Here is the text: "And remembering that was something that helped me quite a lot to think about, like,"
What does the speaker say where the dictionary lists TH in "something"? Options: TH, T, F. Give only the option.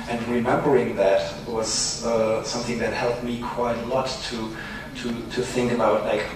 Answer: TH